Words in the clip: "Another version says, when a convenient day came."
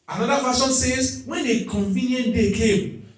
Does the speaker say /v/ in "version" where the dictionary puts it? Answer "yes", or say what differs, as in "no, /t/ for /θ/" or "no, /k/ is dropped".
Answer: no, /f/ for /v/